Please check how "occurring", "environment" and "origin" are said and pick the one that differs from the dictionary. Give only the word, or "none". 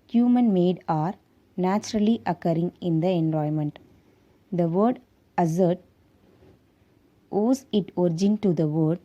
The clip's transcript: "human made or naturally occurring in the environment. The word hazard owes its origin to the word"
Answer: environment